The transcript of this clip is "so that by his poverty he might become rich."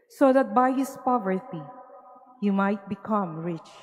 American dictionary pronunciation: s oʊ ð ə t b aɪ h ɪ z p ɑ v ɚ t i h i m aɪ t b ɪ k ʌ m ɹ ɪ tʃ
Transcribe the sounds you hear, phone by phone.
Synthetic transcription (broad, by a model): s oʊ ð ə t b aɪ h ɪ s p ɑ v ɚ t i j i m aɪ t b ɪ k ʌ m ɹ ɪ tʃ